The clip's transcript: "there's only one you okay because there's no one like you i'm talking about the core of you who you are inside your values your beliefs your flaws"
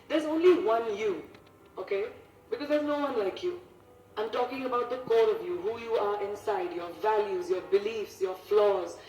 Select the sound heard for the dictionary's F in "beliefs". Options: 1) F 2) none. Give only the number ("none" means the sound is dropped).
1